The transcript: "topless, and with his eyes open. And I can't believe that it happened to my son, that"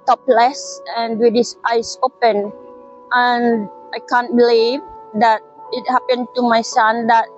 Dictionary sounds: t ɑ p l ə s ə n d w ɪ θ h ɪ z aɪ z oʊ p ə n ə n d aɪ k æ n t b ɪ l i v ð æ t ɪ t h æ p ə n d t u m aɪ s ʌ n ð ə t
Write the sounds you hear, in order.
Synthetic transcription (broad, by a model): t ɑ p l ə s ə n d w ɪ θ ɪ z aɪ s oʊ p ə n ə n aɪ k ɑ n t b ɪ l i v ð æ t ɪ t h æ p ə n t u m aɪ s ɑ n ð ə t